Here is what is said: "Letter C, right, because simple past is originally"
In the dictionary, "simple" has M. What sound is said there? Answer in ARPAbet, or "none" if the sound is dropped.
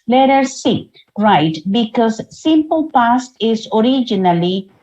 M